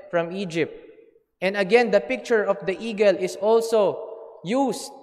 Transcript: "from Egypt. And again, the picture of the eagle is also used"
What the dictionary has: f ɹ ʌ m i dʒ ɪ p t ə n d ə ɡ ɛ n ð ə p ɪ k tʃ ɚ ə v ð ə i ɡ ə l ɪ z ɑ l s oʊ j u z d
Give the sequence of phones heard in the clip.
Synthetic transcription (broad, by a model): f ɹ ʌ m i dʒ ɪ p t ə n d ə ɡ ɛ n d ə p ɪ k tʃ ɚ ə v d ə i ɡ ə l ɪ s ɑ l s oʊ j u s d